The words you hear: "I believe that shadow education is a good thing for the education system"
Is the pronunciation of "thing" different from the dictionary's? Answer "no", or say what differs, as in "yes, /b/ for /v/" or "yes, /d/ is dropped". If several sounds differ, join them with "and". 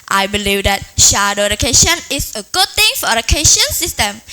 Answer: yes, /t/ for /θ/